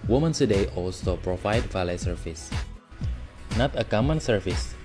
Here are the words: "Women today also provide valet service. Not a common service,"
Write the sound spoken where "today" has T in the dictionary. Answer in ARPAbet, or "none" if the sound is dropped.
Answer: S